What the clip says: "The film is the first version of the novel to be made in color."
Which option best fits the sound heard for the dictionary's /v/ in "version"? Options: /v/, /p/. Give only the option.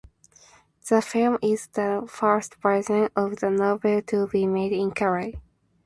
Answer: /p/